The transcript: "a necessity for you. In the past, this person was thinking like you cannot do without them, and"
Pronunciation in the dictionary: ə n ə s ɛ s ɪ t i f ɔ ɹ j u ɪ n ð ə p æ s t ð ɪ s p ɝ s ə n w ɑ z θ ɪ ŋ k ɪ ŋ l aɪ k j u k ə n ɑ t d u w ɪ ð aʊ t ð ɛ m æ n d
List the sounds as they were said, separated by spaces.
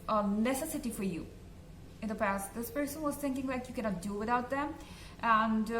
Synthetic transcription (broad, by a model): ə n ə s ɛ s ɪ t i f ɔ ɹ j u ɪ n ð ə p æ s t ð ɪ s p ɝ s ə n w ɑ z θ ɪ ŋ k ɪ ŋ l aɪ k j u k ə n ɑ t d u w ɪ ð aʊ t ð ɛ m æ n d